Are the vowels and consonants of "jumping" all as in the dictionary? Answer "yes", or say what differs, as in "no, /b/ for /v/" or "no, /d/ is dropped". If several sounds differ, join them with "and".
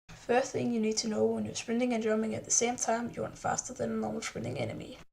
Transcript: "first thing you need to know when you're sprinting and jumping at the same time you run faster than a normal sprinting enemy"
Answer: no, /p/ is dropped